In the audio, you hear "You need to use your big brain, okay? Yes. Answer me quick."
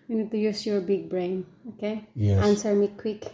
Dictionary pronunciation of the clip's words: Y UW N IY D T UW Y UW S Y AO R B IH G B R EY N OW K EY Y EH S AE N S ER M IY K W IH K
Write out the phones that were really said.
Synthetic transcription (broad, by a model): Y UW N IY D T UW Y UW S Y AO R B IH G B R EY N OW K EY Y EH AE N S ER M IY K W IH K